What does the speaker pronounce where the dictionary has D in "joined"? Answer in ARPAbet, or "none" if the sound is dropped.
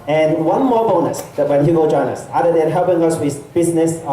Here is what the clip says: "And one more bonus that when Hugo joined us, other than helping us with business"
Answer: none